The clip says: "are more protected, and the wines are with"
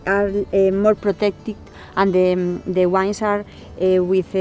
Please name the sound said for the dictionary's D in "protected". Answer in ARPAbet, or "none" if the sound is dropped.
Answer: none